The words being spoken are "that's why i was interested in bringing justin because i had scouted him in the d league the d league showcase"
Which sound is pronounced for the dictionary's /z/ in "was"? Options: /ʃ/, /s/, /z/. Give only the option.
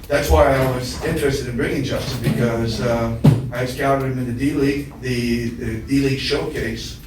/z/